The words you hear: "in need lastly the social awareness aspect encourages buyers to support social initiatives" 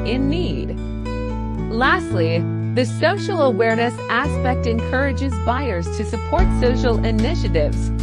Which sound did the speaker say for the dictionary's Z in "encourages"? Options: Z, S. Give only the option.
Z